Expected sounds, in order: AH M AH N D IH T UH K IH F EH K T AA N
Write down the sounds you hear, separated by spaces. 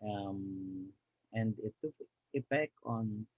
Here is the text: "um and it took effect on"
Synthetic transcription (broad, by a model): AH M AH N D IH T UH K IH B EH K AA N